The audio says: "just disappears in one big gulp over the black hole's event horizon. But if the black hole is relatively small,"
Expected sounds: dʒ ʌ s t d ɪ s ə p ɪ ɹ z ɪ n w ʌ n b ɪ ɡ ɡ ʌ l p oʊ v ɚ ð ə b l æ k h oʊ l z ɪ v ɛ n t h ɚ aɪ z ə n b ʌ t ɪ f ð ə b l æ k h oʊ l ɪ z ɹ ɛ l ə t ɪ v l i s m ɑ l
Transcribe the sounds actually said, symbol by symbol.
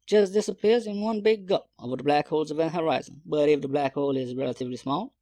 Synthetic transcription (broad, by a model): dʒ ʌ s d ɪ s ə p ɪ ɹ z ɪ n w ʌ n b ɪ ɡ ɡ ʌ p oʊ v ɚ ð ə b l æ k h oʊ l z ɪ v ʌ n h ɚ aɪ z ə n b ʌ t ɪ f ð ə b l æ k h oʊ l ɪ z ɹ ɛ l ə t ɪ v l i s m ɑ l